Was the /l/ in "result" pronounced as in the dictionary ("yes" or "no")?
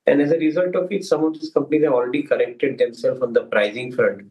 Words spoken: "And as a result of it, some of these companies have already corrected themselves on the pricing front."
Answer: yes